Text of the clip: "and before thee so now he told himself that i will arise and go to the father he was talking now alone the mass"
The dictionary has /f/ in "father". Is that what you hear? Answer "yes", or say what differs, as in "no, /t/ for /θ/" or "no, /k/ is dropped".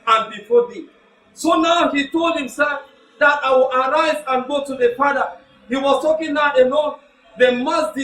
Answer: no, /p/ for /f/